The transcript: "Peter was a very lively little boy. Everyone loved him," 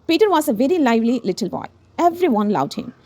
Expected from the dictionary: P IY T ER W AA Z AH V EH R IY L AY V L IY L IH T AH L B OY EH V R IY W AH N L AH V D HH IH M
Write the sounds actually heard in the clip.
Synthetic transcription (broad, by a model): P IY T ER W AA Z AH V EH R IY L AY V L IY L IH T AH L B OY EH V R IY W AH N L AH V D HH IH M